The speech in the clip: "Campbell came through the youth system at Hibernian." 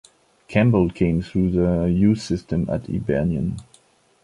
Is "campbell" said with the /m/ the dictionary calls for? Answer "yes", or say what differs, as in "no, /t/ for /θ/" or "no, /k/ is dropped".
yes